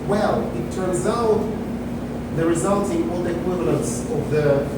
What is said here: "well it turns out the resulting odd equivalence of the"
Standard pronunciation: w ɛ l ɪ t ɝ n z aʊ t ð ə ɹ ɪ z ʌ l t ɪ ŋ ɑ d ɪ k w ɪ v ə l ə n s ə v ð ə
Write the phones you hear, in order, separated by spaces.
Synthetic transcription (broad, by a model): w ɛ l ɪ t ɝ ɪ z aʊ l ð ə ɹ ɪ z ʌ l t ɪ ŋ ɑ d ɪ k w ɪ v ə l ə n s ə v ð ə